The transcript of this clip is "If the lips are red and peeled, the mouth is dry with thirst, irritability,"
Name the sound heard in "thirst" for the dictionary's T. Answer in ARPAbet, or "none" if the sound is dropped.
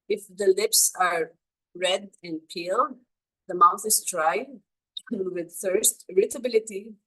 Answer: T